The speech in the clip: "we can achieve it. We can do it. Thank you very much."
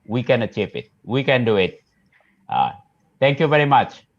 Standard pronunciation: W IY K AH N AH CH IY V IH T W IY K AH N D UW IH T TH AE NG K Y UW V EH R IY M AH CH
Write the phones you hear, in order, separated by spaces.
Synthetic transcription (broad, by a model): W IY K AH N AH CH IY P IH T W IY K AH N D UW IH T T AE NG K Y UW V EH R IY M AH CH